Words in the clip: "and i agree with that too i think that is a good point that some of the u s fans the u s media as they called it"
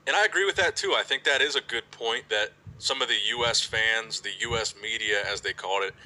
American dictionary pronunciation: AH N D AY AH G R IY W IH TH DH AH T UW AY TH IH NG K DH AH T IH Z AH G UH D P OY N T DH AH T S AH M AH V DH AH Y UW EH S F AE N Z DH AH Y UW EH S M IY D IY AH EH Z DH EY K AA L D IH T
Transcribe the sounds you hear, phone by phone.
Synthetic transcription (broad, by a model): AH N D AY AH G R IY W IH DH AH T UW AY TH IH NG K DH AH T IH Z AH G UH D P OY N DH AH T S AH M AH V DH AH Y UW EH S F AE N Z DH AH Y UW EH S M IY D IY AH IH Z DH EY K AA L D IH T